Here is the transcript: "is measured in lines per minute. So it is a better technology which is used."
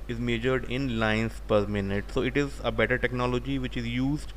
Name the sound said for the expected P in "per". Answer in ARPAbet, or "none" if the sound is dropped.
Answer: P